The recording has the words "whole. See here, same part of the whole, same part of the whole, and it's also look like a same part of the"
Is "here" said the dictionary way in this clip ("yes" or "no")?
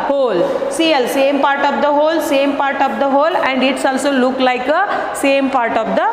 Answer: no